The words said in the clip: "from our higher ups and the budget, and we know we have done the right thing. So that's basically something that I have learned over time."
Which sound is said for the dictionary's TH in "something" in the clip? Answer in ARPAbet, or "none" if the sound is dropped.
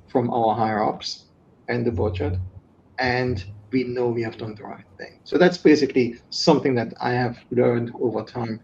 TH